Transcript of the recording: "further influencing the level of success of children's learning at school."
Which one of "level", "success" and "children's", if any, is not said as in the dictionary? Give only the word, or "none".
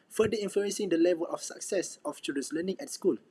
children's